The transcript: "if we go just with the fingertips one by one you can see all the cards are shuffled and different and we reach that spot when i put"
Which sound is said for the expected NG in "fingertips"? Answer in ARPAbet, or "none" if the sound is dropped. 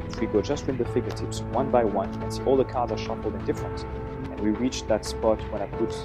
none